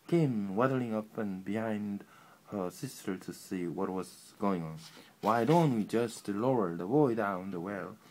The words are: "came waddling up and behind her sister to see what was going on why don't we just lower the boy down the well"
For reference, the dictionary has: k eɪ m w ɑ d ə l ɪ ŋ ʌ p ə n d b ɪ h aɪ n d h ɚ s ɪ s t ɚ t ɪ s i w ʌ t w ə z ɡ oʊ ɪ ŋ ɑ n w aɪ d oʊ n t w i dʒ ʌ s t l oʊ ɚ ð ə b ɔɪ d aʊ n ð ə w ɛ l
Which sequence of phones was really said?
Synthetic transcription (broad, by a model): k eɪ m w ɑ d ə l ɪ ŋ ʌ p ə n b ɪ h aɪ n d h ɚ s ɪ s t ɚ t ɪ s i w ʌ t w ə z ɡ oʊ ɪ ŋ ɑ n w aɪ d oʊ n t w i dʒ ʌ s t l oʊ ɚ ð ə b ɔɪ d aʊ n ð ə w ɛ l